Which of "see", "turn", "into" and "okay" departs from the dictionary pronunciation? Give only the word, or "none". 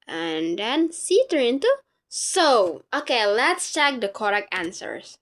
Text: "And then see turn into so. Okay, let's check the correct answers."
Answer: turn